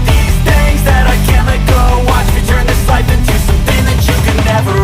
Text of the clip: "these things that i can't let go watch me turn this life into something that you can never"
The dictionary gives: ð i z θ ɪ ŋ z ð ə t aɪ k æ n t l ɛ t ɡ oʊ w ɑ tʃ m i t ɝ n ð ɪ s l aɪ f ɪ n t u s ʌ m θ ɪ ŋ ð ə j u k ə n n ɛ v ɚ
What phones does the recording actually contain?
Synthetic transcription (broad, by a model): ð i z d ɪ z ð ə t aɪ k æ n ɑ t ɡ oʊ w ɑ tʃ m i t ɝ n ð ɪ s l aɪ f ɪ n t u s ʌ m θ ɪ ŋ ð ə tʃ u k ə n n ɛ v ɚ